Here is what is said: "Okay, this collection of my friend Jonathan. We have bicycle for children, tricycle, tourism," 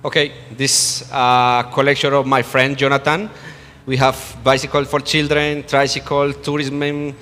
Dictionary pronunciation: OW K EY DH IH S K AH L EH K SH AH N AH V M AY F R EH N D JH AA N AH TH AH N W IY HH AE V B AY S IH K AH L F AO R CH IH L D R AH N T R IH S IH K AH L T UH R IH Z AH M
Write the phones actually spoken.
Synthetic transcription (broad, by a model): OW K EY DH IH S K AH L EH K SH AH N AH V M AY F R EH N D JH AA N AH T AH N W IY HH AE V B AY S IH K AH L F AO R CH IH L D R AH N T R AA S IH K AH L T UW R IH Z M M